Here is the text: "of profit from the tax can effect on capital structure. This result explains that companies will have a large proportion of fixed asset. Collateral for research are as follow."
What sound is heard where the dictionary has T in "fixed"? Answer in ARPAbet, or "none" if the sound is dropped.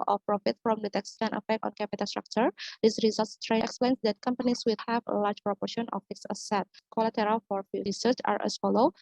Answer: none